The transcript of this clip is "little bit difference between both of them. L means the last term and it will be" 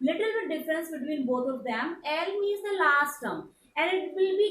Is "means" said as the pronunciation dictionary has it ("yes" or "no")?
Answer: no